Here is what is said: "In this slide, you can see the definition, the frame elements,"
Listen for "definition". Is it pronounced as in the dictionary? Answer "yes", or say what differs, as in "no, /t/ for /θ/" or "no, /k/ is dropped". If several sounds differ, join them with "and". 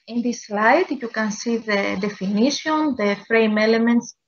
no, /s/ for /ʃ/